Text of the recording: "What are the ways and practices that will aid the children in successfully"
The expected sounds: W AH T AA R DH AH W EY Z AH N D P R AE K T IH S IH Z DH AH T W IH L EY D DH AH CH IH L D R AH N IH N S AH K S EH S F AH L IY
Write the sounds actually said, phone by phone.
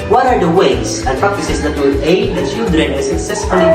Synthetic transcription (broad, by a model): W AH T AA R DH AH W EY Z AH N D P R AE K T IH S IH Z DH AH T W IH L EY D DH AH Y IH D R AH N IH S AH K S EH S F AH L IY